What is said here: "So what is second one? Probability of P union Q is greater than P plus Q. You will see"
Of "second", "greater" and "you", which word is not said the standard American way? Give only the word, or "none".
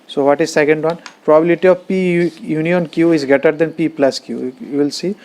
greater